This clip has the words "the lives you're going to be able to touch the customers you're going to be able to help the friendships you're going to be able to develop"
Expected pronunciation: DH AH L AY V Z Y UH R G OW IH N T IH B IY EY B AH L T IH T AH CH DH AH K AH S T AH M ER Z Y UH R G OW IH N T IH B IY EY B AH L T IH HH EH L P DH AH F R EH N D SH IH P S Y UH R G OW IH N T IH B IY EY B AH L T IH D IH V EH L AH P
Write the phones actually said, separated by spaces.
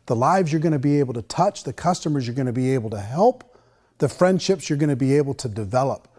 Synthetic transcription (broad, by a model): DH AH L AY V Z Y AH R G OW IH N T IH B IY EY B L T IH T AH CH DH AH K AH S T AH M ER Z Y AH R G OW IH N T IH B IY EY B L T IH HH EH L P DH AH F R EH N D SH IH P S Y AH R G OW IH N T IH B IY EY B L T IH D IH V EH L AH P